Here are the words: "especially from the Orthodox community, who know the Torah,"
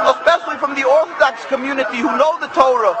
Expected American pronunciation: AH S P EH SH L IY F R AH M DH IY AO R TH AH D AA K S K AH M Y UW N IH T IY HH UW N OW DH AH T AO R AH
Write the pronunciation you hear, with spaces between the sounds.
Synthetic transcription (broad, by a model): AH S P EH SH L IY F R AH M DH IY AO R TH AH D AA K S K AH M Y UW N IH T IY HH UW N OW DH AH T AO R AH